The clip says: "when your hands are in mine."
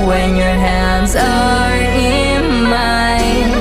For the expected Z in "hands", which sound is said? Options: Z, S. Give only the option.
Z